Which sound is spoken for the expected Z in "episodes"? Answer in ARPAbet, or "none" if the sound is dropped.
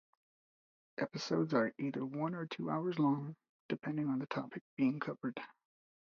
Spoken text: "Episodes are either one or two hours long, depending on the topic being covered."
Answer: Z